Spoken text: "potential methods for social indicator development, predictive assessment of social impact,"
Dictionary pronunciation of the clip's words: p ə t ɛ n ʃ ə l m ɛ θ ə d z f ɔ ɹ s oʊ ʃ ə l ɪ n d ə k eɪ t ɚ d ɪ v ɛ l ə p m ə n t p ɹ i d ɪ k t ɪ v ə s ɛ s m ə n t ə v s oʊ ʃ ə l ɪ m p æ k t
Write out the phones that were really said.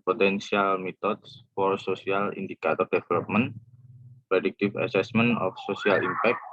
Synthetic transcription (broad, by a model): p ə t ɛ n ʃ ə l m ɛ t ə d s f ɔ ɹ s oʊ s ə l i n d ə k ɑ t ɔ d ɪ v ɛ l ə p m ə n p ɹ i d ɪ k t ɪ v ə s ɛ s m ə n ə f s oʊ s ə l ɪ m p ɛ k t